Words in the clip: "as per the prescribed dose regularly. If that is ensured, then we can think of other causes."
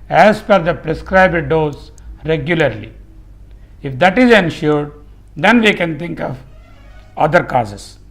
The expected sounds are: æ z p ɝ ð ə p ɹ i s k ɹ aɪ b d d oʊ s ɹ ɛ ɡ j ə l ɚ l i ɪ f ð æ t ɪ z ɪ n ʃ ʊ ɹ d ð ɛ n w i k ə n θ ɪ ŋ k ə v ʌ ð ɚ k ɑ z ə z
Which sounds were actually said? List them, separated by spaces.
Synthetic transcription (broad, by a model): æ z f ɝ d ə p ɹ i s k ɹ aɪ b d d oʊ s ɹ ɛ ɡ j ə l ɚ l i ɪ f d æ t ɪ z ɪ n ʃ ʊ ɹ d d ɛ n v i k ə n t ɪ ŋ k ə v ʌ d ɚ k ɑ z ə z